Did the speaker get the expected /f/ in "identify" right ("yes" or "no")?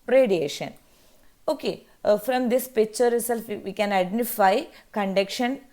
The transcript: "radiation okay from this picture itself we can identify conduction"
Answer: yes